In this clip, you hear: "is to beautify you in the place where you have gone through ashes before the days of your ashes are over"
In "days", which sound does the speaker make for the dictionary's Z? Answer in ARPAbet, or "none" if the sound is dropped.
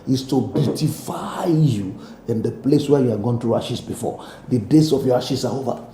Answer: S